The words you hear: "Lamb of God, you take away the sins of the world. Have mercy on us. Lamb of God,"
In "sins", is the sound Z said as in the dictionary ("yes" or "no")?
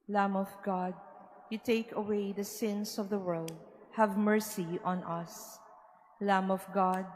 no